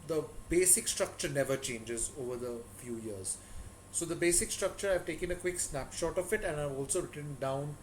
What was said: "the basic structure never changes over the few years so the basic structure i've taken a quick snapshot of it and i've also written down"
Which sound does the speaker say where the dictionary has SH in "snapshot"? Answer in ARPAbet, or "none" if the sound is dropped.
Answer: SH